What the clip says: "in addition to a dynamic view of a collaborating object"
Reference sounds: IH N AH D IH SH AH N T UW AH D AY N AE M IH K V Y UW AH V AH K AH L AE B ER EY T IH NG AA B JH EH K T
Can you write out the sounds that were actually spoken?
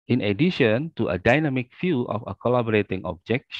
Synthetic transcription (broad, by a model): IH N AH D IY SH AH N T UW AH D AY N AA M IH K F Y UW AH F AH K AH L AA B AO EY T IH NG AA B JH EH K